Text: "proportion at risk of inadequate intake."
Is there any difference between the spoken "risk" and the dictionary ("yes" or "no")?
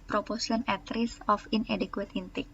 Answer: yes